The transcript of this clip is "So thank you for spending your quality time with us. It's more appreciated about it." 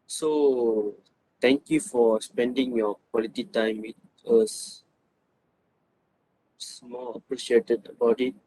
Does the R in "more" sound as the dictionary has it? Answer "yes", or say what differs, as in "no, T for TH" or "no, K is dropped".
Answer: no, L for R